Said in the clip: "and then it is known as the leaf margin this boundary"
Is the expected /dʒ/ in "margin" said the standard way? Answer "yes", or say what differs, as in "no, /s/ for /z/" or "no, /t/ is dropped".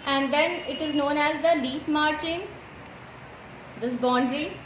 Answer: no, /tʃ/ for /dʒ/